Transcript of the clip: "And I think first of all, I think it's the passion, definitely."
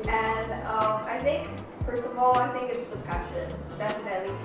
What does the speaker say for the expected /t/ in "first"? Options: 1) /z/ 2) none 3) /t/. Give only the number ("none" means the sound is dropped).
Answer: 2